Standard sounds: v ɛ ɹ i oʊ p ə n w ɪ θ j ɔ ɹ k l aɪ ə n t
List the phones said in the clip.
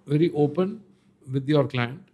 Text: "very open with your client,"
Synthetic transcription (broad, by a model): v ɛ ɹ i oʊ p ə n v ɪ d j ɔ ɹ k l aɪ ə n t